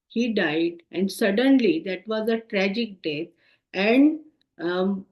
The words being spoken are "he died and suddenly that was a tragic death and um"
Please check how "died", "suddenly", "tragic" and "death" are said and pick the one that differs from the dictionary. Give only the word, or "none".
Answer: death